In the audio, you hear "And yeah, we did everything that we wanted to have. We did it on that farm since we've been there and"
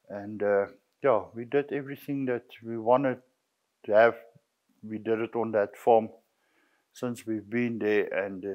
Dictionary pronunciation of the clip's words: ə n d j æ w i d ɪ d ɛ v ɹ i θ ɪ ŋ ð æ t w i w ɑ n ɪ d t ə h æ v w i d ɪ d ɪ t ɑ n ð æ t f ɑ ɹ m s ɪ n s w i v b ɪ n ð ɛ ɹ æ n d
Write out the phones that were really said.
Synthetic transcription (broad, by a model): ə n d j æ w i d ɪ d ɛ v ɹ i θ ɪ ŋ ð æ t w i w ɑ n ɪ d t h æ v w i d ɪ d ɪ t ɑ n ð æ t f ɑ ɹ m s ɪ n s w i v b ɪ n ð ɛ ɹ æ n d